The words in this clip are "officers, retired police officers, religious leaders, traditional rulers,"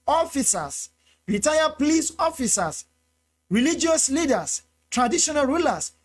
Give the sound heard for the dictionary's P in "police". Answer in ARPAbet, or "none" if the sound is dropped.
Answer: P